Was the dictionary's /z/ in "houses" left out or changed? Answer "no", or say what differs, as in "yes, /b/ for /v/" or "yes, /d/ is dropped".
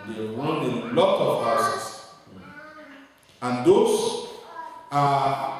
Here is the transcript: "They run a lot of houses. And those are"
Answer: yes, /s/ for /z/